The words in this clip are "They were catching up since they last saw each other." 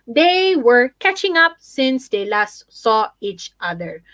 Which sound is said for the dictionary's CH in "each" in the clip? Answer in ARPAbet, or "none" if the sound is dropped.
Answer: CH